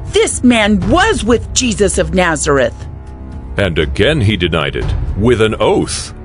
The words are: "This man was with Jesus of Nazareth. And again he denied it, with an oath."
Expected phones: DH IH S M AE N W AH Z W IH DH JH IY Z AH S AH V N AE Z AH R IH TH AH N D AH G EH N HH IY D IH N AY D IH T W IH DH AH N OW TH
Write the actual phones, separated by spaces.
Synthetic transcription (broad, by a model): DH IH S M AE N W AH Z W IH DH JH IY Z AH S AH V N AE Z AH R IH TH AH N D AH G EH N IY D IH N AY D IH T W IH DH AH N OW TH